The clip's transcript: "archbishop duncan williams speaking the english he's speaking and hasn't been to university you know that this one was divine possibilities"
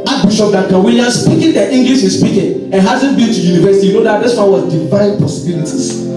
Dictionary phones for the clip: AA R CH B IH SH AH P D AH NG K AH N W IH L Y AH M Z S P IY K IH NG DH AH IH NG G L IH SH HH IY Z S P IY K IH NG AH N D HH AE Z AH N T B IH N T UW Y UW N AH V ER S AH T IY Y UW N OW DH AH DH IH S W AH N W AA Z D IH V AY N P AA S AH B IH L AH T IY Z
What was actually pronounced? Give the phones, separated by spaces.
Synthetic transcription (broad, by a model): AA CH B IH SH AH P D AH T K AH W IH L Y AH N S P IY K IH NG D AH IH NG G L IH SH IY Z S P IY K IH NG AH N HH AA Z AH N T B IH N T UW Y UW N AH V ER S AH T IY Y UW N OW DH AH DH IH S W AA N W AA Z D IH V AY N P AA S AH B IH L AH T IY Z